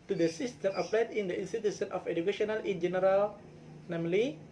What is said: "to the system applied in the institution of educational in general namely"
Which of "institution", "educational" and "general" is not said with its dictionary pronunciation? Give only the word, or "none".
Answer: institution